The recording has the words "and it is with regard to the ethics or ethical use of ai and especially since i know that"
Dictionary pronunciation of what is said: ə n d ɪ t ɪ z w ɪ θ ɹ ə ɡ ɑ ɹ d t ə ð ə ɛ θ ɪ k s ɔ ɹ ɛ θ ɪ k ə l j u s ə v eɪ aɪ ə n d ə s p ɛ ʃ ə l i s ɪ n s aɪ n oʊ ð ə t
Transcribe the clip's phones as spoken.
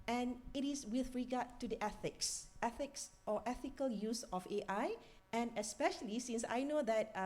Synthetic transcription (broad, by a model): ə n ɪ t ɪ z w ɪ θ ɹ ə ɡ ɑ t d t ə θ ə ɛ θ ɪ k s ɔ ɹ ɛ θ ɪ k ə l j u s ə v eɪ aɪ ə n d ə s p ɛ ʃ ə l i s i n s aɪ n oʊ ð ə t